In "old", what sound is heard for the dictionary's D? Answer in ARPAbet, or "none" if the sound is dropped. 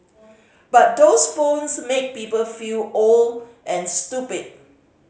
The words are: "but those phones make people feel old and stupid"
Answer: none